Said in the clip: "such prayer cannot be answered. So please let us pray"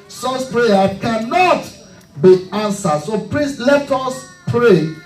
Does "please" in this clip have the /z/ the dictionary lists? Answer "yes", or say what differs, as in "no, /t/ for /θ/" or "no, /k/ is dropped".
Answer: no, /s/ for /z/